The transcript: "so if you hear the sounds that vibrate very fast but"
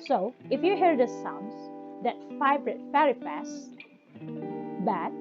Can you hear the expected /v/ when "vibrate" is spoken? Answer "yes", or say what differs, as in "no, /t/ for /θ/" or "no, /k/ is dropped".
no, /f/ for /v/